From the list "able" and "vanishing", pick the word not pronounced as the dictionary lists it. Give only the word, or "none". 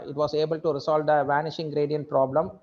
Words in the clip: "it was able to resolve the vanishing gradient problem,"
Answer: none